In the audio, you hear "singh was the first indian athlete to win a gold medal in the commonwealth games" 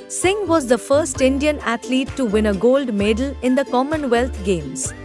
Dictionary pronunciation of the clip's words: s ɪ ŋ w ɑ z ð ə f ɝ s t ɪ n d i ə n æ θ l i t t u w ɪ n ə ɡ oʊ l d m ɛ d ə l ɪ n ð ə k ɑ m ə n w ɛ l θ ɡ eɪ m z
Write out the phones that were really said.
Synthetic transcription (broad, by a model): s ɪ ŋ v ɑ z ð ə f ɝ s t ɪ n d i ə n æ t l i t t u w ɪ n ə ɡ oʊ l d m ɛ d ə l ɪ n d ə k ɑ m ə n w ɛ l t ɡ eɪ m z